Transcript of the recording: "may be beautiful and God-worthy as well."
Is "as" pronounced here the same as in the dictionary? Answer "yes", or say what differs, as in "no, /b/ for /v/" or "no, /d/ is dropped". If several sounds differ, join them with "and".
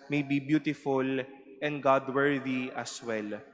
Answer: no, /s/ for /z/